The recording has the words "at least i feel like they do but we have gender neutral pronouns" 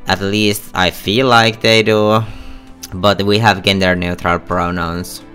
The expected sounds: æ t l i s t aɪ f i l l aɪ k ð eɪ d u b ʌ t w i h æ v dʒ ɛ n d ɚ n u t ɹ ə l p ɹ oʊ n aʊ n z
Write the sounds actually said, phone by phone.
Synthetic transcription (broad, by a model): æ t l i s t aɪ f i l l aɪ k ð eɪ d u b ʌ t w i h æ v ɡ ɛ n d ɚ n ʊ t ɹ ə l p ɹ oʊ n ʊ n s